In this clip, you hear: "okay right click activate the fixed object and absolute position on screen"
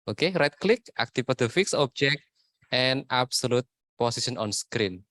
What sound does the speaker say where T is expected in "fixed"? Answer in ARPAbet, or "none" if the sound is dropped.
none